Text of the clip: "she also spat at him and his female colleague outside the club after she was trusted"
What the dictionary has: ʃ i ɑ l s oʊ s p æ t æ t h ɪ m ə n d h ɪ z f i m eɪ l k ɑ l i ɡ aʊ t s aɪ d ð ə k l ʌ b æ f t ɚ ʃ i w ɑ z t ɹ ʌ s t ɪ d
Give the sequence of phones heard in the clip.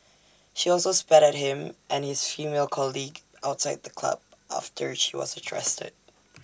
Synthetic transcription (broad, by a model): ʃ i ɑ l s oʊ s p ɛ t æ t h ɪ m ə n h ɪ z f i m eɪ l k ɑ l i ɡ aʊ t s aɪ d ð ə k l ʌ b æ f t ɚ ʃ i w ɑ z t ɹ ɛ s t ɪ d